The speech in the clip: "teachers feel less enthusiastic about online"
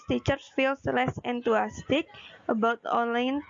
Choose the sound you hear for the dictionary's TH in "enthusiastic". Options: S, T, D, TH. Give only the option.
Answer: T